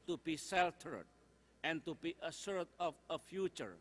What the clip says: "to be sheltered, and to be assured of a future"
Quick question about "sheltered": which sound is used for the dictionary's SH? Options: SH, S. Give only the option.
S